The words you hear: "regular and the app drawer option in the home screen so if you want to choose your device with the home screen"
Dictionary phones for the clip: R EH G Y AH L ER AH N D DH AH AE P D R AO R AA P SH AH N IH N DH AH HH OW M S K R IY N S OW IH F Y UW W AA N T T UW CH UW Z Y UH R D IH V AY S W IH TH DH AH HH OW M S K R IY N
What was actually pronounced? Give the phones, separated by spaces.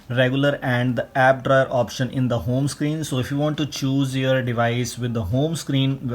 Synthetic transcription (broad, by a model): R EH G Y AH L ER AH N D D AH AE P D R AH R AA P SH AH N IH N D AH HH OW M S K R IY N S OW IH F Y UW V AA N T T UW CH UW Z Y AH R D IH V AY S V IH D AH HH OW M S K R IY N